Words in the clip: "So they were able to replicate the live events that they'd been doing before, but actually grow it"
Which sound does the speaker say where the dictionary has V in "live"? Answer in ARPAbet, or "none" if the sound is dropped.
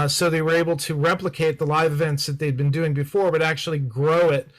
V